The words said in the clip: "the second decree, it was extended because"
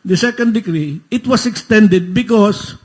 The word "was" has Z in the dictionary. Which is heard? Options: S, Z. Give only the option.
S